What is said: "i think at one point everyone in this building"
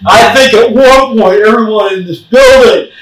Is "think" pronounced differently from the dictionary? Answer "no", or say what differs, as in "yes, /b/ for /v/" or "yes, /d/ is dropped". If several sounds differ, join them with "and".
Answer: no